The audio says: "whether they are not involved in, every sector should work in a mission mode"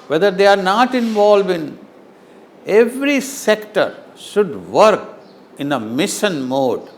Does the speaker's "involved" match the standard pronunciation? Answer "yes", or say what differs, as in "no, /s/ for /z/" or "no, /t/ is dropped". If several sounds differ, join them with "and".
no, /d/ is dropped